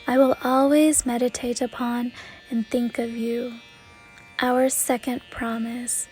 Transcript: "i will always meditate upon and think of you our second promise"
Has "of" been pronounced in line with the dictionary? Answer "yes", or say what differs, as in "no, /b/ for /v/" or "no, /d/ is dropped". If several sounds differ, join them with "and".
yes